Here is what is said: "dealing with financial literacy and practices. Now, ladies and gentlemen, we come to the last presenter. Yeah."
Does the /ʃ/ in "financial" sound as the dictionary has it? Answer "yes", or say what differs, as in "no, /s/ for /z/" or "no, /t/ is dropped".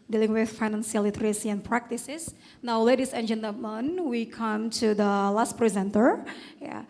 no, /s/ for /ʃ/